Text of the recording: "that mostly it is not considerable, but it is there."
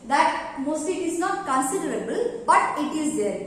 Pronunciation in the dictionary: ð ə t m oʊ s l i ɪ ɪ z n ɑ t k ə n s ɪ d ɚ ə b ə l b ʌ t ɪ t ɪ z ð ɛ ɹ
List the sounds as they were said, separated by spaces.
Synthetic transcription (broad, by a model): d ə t m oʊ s i ɪ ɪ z n ɑ t k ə n s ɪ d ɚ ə b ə l b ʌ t ɪ t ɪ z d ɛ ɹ